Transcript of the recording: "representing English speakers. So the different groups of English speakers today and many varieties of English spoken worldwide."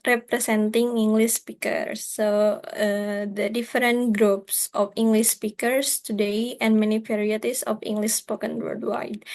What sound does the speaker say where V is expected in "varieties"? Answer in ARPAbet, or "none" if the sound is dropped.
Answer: P